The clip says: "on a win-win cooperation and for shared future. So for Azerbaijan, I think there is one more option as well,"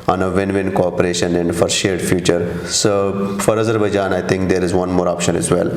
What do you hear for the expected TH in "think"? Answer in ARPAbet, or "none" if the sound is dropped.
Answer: T